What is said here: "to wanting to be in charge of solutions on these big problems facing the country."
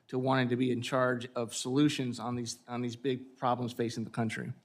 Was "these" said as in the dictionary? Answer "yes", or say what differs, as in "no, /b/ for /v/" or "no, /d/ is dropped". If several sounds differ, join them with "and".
yes